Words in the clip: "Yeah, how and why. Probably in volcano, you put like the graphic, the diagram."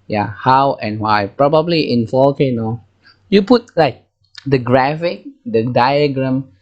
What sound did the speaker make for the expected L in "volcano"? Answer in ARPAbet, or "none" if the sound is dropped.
none